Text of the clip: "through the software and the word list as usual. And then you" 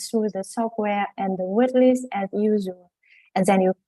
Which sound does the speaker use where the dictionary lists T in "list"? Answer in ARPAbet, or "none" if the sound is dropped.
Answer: none